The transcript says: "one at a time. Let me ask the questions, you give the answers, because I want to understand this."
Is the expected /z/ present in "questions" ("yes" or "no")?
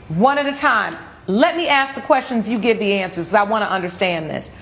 yes